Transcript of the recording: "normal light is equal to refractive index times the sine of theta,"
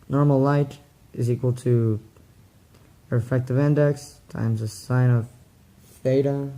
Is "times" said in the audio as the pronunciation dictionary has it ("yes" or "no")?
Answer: yes